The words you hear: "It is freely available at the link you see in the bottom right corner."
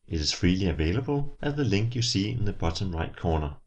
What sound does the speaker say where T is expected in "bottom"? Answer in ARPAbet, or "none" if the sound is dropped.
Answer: S